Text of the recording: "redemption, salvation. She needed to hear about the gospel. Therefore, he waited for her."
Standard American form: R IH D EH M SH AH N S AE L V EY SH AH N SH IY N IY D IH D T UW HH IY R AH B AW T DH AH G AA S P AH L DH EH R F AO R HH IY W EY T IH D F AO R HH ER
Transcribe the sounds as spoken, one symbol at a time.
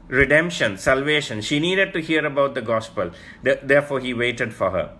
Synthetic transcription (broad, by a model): R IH D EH M SH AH N S AE L V EY SH AH N SH IY N IY D IH D T UW HH IY R AH B AW T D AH G AA S P AH L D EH R F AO R HH IY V EY T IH D F AO R HH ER